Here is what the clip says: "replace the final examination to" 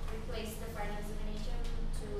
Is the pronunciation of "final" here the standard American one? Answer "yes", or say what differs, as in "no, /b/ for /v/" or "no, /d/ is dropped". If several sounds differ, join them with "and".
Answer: no, /n/ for /l/